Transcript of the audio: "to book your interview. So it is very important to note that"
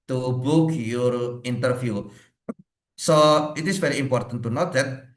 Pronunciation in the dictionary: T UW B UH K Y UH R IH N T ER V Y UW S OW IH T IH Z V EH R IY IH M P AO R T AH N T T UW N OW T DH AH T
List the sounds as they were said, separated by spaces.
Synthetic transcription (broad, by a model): T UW B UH K Y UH R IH N T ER F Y UW S OW IH T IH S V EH R IY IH M P AO R T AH N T T UW N OW T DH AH T